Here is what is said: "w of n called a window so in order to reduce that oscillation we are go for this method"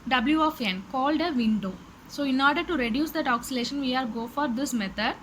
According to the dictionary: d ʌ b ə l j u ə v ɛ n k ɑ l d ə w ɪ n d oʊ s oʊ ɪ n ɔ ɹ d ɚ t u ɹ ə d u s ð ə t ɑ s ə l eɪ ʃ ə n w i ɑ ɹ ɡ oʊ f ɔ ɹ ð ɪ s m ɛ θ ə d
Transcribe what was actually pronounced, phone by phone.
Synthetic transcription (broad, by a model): d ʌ b l j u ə f ɛ n k ɑ l d ə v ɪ n d oʊ s oʊ ɪ n ɔ ɹ d ɚ t u ɹ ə d u s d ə t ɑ s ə l eɪ ʃ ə n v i ɑ ɹ ɡ oʊ f ɔ ɹ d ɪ s m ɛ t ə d